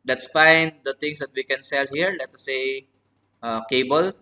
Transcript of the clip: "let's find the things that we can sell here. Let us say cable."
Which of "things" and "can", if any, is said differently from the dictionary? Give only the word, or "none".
things